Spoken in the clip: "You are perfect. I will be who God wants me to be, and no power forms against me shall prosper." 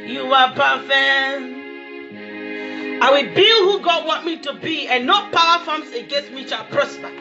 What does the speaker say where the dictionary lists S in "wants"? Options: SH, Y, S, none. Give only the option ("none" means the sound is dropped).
none